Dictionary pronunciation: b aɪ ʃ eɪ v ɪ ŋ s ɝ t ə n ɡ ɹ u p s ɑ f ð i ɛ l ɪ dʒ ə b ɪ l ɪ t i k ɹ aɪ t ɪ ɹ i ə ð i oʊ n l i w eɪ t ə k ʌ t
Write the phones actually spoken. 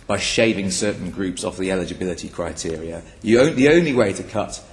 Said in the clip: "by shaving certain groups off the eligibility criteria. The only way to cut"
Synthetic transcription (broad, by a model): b aɪ ʃ eɪ v ɪ ŋ s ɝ t n ɡ ɹ u p s ɑ f ð i ɛ l ɪ dʒ ə b ɪ l ɪ t i k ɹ aɪ t ɪ ɹ i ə ð i oʊ n l i w eɪ t ə k ʌ t